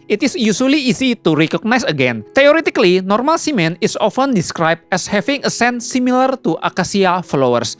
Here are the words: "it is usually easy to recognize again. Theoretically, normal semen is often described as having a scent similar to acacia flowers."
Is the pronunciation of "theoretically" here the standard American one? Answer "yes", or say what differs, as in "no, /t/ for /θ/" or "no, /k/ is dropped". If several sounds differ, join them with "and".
no, /t/ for /θ/